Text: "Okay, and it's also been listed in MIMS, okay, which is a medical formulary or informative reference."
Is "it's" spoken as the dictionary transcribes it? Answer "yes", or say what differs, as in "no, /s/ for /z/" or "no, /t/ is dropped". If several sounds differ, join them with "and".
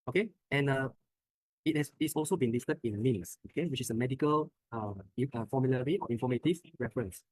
no, /s/ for /t/